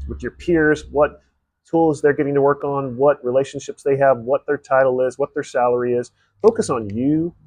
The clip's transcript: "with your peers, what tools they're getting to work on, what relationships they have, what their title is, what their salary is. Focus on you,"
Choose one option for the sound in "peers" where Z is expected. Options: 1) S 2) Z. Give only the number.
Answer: 2